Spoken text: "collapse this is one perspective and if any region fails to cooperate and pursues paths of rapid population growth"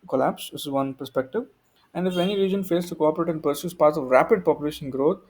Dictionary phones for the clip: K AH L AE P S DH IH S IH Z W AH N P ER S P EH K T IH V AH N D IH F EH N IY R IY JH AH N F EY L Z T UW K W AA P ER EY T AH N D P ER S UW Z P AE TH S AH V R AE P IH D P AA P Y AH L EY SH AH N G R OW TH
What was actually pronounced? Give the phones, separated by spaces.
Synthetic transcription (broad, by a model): K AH L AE P S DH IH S IH Z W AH N P ER S P EH K T IH V AH N D IH F EH N IY R IY JH AH N F EY L S T UW K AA P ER EY T AH N D P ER S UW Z P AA T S AH V R AE P IH D P AA P Y AH L EY SH AH N G R OW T